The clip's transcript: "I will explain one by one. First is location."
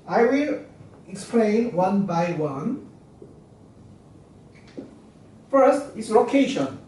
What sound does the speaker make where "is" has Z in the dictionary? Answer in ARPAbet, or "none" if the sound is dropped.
S